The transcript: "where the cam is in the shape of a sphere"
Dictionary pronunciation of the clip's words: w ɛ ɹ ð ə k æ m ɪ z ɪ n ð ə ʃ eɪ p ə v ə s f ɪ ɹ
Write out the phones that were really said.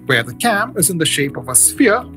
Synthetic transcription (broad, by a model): w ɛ ɹ ð ə k æ m ɪ z ɪ n ð ə ʃ eɪ p ə v ə s f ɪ ɹ